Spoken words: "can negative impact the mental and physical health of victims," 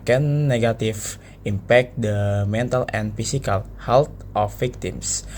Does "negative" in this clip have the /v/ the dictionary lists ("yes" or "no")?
no